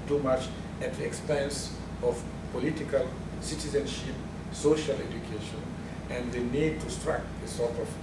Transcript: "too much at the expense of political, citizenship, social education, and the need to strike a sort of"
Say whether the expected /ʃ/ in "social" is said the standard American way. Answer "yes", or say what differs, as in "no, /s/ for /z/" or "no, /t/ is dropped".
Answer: yes